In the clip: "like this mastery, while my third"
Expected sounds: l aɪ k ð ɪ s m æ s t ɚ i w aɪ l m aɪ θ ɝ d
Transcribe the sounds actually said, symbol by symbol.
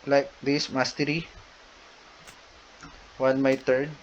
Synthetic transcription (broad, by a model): l aɪ k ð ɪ s m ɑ s t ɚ i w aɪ n m aɪ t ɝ d